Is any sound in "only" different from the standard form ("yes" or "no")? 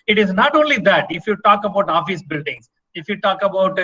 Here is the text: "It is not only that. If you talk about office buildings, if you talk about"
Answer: no